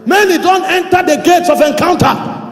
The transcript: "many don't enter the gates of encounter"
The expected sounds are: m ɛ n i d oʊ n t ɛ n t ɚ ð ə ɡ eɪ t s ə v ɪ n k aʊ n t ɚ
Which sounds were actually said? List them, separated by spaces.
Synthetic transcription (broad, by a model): m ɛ n i d oʊ n t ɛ n t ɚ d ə ɡ eɪ t s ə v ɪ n k aʊ n t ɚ